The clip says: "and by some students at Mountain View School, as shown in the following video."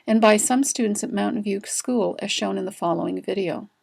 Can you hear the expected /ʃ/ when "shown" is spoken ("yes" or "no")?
yes